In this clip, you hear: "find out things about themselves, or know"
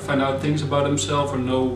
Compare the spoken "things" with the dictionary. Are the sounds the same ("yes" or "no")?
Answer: yes